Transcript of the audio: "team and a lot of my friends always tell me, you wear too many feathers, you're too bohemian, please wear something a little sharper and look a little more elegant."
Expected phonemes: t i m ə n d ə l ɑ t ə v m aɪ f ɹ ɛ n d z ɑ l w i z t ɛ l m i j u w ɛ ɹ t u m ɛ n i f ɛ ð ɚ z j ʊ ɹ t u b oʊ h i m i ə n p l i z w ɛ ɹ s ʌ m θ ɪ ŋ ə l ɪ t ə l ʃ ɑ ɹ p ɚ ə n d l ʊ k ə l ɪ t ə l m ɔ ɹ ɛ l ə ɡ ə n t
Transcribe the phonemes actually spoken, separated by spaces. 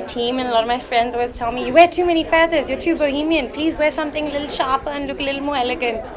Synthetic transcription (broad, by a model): t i m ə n ə l ɑ t ə v m aɪ f ɹ ɛ n d z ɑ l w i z t ɛ l m i j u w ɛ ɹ t u m ɛ n i f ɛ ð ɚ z j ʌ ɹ t u b oʊ h i m i ə n p l i z w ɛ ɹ s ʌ m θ ɪ ŋ ə l ɪ t l ʃ ɑ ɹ p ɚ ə n l ʊ k ə l ɪ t l m ɔ ɹ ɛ l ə ɡ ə n t